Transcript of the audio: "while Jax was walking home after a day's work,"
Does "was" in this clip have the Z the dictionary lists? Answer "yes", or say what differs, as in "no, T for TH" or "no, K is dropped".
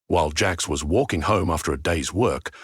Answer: yes